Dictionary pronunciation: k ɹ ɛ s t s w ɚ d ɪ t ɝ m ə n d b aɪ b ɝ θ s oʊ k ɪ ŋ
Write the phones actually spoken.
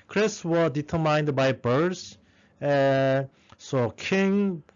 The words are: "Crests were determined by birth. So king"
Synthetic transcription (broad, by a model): k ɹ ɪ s s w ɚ d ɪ t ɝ m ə n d b aɪ b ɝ s s oʊ k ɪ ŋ